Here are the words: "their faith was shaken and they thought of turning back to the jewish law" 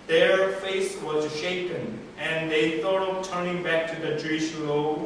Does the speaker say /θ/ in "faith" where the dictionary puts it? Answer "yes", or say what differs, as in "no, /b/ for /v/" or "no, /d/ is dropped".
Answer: no, /s/ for /θ/